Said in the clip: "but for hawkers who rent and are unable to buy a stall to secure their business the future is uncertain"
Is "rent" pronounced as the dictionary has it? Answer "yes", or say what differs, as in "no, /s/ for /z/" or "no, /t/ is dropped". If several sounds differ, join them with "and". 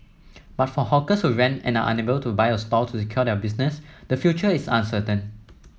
no, /t/ is dropped